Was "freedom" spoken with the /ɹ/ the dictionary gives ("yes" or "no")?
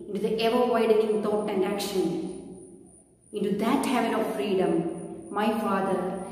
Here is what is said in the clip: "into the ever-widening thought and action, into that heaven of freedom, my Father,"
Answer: yes